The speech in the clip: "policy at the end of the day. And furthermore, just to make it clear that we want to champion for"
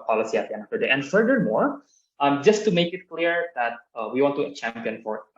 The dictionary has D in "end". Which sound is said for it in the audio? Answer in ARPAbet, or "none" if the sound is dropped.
none